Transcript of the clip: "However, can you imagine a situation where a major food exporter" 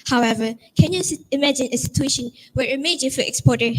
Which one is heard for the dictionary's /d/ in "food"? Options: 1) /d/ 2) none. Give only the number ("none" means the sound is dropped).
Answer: 2